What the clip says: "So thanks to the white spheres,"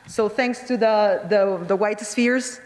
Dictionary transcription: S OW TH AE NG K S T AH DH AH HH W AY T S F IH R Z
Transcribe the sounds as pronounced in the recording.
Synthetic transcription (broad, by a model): S OW TH AE NG K S T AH DH AH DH W AY T S F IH R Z